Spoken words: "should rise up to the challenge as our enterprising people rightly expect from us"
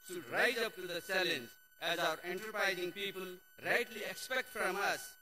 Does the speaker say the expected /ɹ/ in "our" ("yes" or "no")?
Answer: yes